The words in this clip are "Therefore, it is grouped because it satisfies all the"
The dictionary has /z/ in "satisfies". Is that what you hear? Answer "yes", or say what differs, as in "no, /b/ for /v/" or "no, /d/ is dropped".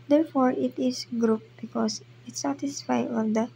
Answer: no, /z/ is dropped